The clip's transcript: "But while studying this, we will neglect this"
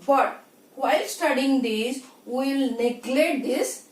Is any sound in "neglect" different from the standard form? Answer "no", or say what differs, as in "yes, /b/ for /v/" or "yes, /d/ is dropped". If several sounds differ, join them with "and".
yes, /k/ is dropped